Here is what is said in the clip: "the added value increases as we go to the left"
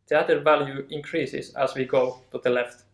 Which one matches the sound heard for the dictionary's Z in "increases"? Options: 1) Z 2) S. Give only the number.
2